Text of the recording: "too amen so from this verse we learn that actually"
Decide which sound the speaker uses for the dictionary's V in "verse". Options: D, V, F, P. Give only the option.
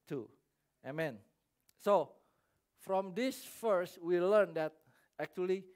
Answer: F